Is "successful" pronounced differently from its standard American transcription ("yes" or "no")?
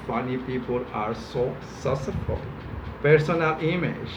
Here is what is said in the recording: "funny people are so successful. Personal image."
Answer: yes